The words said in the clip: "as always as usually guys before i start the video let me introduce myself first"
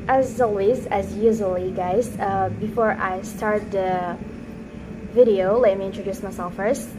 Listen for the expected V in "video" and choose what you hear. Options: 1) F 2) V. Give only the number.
2